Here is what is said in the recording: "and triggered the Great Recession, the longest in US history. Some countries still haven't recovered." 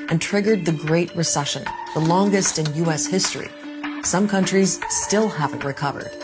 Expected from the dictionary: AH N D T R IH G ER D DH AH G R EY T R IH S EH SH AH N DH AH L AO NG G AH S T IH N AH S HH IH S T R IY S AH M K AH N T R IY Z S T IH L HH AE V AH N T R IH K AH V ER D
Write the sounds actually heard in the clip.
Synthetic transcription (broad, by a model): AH N T R IH G ER D DH AH G R EY T R IH S EH SH AH N DH AH L AO NG G AH S T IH N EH S HH IH S T R IY S AH M K AH N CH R IY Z S T IH L HH AE V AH N T R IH K AH V ER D